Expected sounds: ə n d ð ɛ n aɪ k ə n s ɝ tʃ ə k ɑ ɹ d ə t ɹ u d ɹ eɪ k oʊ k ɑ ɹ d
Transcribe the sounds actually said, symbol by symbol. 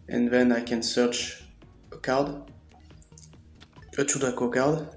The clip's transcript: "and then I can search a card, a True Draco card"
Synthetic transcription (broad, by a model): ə n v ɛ n aɪ k ə n s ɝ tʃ ə k ɑ ɹ d ə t u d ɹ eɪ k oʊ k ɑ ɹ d